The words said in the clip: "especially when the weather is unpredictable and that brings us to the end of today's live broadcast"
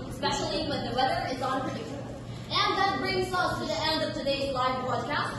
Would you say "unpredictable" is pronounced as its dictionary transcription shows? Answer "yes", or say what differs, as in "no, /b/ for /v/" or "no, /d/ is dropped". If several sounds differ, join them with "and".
no, /n/ is dropped